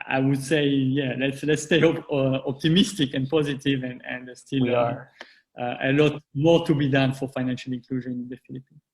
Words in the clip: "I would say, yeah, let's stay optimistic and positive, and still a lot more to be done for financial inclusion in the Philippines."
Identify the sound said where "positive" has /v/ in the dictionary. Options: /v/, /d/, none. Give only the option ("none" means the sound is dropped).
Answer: /v/